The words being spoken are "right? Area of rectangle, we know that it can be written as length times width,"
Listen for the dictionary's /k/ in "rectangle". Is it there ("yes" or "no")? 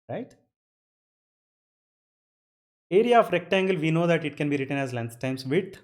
yes